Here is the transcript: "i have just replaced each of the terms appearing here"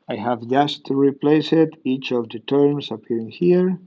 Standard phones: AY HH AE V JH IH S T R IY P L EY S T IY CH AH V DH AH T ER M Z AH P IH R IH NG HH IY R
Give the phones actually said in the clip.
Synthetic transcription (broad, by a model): AY HH AE V JH IH S T R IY P L EY S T IY CH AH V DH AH T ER M S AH P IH R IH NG HH IY R